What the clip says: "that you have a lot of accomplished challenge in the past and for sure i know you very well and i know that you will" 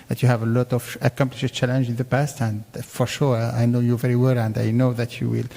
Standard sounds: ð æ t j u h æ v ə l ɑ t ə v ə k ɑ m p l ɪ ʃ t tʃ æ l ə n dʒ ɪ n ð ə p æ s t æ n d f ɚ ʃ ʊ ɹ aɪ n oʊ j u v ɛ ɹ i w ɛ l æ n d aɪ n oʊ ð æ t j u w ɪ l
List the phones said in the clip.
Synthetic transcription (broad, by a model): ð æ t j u h æ v ə l ɑ t ə v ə k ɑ m p l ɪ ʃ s tʃ æ l ə n dʒ ɪ n ð ə p æ s t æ n d f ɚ ʃ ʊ ɹ aɪ n oʊ j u v ɛ ɹ i w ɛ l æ n d aɪ n oʊ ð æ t j u w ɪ l